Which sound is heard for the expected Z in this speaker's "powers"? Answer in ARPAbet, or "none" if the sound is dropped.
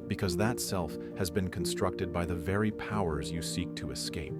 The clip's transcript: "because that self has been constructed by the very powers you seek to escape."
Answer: Z